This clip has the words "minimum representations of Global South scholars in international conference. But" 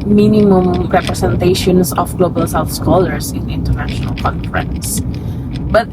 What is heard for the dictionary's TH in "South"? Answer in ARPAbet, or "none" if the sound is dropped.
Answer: F